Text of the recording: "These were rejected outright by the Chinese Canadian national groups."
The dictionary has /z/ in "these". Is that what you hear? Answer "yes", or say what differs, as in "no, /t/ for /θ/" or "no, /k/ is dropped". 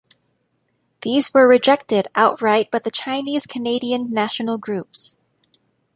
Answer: yes